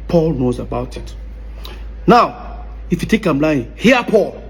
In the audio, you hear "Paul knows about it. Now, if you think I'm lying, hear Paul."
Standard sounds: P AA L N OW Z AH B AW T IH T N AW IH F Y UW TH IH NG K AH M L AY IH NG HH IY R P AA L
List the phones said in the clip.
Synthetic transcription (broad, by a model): P AA L N OW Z AH B AW T IH T N AW IH F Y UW T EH K AH M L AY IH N HH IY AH P AA L